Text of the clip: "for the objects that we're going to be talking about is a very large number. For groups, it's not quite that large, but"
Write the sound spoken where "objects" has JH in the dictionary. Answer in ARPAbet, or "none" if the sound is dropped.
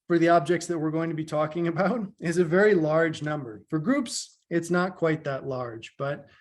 JH